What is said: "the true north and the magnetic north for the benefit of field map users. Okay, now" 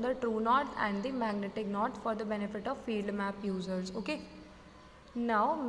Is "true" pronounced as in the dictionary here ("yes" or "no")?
yes